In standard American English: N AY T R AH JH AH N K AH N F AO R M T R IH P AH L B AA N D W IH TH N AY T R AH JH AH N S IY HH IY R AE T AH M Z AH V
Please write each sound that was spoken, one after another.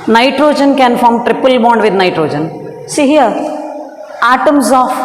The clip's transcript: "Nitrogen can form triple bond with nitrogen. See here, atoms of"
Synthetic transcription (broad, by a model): N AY T R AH JH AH N K AH N F AO R M T R IH P AH L B AA N D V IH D N AY T R AH JH AH N S IY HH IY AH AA T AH M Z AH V